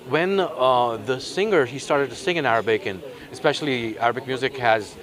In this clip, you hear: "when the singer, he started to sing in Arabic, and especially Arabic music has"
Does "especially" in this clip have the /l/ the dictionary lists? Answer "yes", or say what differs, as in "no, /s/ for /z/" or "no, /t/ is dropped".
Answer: yes